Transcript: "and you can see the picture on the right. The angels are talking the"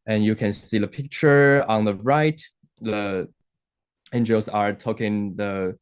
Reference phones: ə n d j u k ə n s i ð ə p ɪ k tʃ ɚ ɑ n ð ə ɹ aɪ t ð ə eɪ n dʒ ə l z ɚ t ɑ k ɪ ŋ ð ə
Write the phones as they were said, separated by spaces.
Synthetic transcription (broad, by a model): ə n j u k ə n s i ð ə p ɪ k tʃ ɚ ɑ n ð ə ɹ aɪ t ð ə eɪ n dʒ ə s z ɚ t ɑ k ɪ ŋ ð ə